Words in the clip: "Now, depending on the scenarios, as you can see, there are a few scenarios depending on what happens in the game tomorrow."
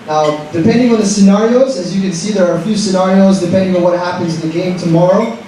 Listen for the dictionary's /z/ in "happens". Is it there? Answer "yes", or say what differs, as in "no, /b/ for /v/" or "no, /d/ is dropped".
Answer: yes